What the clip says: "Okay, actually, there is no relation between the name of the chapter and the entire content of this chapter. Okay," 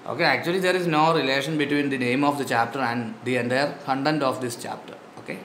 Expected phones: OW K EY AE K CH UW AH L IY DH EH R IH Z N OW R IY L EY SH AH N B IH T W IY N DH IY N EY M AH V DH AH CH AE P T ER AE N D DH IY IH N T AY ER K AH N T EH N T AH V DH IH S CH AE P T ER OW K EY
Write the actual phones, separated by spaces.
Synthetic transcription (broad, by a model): OW K EY AE K CH UW AH L IY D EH R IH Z N OW R IY L EY SH AH N B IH T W IY N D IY N EY M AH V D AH CH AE P T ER AE N D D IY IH N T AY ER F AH N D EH N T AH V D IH S CH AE P T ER OW K EY